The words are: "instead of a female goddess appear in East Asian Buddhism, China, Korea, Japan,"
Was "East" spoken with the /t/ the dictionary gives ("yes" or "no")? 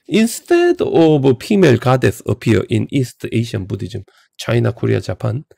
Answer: yes